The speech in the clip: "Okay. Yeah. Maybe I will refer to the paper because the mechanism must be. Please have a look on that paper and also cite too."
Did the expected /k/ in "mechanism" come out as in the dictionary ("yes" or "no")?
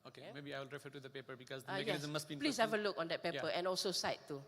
no